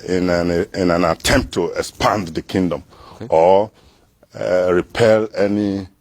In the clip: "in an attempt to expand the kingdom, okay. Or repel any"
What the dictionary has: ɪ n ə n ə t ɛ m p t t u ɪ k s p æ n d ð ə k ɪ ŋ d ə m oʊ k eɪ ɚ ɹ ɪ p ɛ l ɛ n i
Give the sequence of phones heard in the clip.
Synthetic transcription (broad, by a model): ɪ n ə n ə t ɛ m p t t u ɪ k s p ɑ n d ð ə k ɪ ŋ d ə m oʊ ɹ ɪ p ɛ l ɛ n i